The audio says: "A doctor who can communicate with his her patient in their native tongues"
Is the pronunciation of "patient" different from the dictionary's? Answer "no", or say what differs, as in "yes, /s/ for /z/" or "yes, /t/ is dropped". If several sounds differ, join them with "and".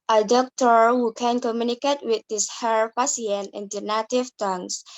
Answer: yes, /s/ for /ʃ/ and /t/ is dropped